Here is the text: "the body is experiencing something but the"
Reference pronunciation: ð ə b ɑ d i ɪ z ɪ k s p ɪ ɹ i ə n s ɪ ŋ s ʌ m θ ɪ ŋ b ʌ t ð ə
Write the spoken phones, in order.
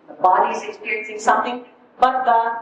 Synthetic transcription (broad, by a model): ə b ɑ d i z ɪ k s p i ɹ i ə n s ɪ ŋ s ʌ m t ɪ ŋ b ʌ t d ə